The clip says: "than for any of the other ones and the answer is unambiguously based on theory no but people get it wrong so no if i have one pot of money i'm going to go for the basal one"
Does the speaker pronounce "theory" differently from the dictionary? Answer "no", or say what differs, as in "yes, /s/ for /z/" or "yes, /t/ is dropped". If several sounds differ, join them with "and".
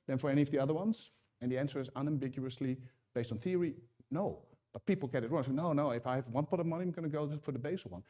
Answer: no